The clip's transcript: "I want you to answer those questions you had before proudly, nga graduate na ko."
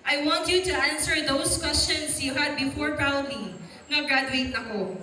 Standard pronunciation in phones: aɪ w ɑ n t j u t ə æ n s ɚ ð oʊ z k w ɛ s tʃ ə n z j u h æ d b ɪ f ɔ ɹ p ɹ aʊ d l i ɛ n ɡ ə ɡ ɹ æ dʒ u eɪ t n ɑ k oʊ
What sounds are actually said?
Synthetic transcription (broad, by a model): aɪ w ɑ n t j u t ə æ n s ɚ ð oʊ s k w ɛ s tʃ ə n s j u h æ d b ɪ f ɔ ɹ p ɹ aʊ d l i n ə ɡ ɹ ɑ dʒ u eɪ t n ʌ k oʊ